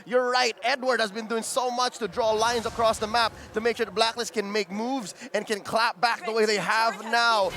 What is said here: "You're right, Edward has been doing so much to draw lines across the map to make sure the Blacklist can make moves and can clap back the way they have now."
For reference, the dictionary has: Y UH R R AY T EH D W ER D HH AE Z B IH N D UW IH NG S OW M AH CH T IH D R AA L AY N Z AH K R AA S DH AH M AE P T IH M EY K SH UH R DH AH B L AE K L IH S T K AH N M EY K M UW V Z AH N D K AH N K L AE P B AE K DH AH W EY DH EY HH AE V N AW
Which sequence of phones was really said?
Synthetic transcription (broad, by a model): Y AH R R AY T EH D W ER D HH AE Z B IH N D UW IH NG S OW M AH CH T IH D R AA L AY N Z AH K R AA S DH AH M AE P T IH M EY K SH UH R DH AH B L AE K L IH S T K AH N M EY K M UW V Z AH N K AH N K L AE P B AE K DH AH W EY DH EY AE V N AW